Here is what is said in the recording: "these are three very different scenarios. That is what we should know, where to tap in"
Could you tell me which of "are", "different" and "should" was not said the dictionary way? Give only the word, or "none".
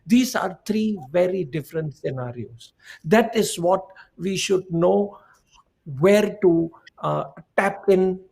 none